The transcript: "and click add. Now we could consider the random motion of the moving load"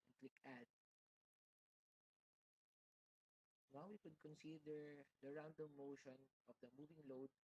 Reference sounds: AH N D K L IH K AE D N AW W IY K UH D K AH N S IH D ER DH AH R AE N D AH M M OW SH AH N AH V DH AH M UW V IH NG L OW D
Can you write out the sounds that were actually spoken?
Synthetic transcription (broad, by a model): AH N K L IH K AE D N AW W IY K UH D K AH N S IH D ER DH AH R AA N D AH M M OW SH AH N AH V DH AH M UW V IH NG L OW D